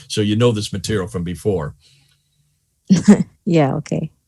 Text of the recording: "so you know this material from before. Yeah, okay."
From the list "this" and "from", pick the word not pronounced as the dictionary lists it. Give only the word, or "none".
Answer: none